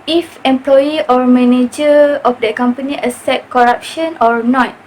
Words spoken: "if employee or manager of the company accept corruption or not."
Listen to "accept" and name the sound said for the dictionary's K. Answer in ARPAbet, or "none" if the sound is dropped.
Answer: none